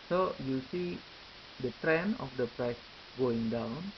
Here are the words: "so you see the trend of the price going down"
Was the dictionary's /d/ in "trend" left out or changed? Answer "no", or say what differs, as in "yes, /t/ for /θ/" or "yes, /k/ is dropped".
yes, /d/ is dropped